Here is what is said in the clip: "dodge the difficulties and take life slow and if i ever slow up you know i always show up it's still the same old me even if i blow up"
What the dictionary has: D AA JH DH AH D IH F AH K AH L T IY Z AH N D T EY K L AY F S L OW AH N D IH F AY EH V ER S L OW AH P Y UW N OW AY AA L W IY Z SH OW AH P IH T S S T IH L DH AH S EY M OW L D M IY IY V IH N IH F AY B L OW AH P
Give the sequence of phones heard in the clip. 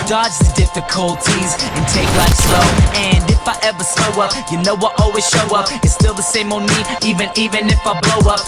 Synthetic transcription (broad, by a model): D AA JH DH AH D IH F AH K AH L T IY Z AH N T EY K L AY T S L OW AH N D IH F AY EH V ER S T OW AH P Y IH N OW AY AA L W IY Z SH OW AH P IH T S S T IH L DH AH S EY M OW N M IY IY V IH N IH F AY B L OW AH P